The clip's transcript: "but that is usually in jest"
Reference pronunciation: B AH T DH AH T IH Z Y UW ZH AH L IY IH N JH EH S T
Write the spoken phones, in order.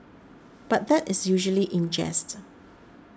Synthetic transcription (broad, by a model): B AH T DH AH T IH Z Y UW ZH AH L IY IH N JH EH S T